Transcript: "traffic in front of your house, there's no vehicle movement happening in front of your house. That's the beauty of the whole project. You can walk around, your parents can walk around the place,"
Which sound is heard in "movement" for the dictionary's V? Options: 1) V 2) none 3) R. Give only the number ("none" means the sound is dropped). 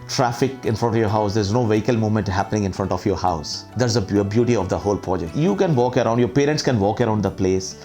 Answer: 2